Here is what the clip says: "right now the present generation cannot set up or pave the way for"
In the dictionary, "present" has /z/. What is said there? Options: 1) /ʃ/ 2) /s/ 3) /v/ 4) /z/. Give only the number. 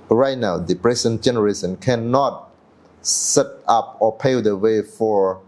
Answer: 2